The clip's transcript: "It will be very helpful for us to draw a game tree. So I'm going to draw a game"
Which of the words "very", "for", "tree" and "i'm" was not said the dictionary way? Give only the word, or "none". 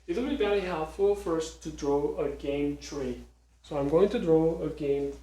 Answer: very